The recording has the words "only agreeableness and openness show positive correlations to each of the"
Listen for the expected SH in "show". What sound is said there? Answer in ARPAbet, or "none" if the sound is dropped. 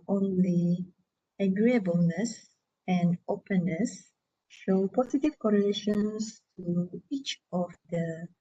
SH